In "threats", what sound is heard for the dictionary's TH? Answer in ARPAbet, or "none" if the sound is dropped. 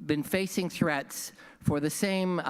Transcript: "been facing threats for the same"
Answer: TH